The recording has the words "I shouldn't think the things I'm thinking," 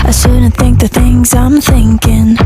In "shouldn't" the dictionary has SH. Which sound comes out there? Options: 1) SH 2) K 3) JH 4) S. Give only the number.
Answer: 4